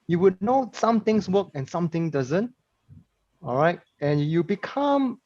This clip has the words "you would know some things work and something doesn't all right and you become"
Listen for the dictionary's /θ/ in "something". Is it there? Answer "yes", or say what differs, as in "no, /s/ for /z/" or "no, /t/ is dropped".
no, /t/ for /θ/